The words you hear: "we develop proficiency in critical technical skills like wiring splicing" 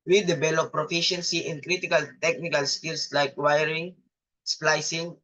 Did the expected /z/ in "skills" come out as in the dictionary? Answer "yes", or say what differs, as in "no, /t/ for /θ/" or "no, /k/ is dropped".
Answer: no, /s/ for /z/